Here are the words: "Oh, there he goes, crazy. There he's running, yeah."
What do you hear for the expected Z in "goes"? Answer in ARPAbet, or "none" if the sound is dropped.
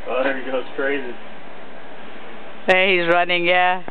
S